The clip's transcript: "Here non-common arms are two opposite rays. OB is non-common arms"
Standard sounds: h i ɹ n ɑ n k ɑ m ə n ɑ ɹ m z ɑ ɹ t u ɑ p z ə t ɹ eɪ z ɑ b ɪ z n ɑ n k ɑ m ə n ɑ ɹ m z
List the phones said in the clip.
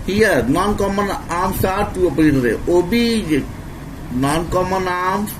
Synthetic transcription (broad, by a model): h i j n ɑ n k ɑ m ə n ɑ m s ɑ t t u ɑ p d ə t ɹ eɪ ɑ b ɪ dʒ n ɑ n k ɑ m ə n ɑ m